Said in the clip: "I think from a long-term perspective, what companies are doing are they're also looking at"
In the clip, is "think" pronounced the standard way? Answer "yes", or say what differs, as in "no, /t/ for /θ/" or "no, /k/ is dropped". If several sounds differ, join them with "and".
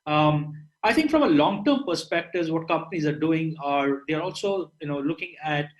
no, /t/ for /θ/